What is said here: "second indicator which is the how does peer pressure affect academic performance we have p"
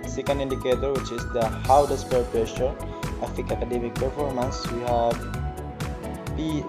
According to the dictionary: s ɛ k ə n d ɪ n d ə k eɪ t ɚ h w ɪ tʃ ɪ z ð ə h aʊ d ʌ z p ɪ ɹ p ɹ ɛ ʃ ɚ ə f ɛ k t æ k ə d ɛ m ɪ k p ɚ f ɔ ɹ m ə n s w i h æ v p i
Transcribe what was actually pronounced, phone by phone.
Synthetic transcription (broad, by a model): s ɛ k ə n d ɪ n d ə k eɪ t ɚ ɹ w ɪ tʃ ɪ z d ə h aʊ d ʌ s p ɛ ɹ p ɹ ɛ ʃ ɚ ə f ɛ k ɑ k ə d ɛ m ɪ k p ɚ f ɔ ɹ m ə n s w i h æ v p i